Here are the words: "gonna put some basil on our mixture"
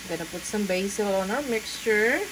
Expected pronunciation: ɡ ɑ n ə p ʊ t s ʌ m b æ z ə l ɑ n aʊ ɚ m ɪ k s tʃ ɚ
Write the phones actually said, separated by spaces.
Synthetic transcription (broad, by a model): ɡ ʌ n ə p ʊ t s ʌ m b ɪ s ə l ɑ n aʊ ɚ m ɪ k s tʃ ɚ